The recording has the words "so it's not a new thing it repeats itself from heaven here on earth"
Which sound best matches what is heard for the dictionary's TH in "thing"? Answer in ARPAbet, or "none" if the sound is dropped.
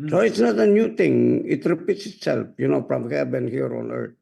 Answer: T